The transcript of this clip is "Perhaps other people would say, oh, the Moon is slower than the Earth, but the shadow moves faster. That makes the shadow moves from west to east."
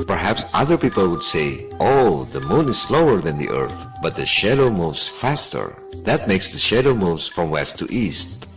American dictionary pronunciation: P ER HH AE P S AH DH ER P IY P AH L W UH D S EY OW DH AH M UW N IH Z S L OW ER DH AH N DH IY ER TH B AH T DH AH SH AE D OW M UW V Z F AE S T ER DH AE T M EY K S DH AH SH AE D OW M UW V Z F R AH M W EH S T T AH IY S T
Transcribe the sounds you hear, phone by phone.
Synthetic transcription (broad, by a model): P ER HH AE P S AH DH ER P IY P AH L W UH D S EY OW DH AH M UW N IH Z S L OW ER DH AH N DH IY ER TH B AH T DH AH SH AE D OW M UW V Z F AE S T ER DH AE T M EY K S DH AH SH AE D OW M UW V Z F R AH M W EH S T T IY S T